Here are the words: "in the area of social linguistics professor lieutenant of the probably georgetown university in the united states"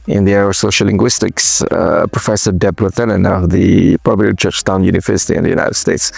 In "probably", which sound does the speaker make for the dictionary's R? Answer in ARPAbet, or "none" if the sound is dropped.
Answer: none